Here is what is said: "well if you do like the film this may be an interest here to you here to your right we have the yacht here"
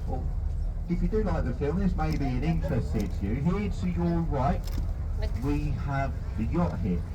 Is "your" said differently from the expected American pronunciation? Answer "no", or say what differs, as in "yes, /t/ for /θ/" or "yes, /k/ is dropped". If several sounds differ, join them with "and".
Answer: yes, /l/ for /ɹ/